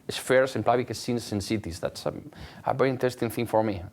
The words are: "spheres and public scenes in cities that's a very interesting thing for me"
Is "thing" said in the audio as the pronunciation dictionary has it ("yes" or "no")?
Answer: yes